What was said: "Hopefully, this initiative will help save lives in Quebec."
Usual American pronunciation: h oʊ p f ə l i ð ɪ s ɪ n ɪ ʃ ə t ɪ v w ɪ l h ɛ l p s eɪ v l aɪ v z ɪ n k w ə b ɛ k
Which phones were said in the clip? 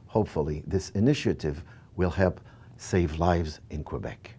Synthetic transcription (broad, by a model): h oʊ p f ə l i ð ɪ s ɪ n ɪ ʃ ə t ɪ v w ɪ l h ɛ l p s eɪ v l aɪ v z ɪ n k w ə b ɛ k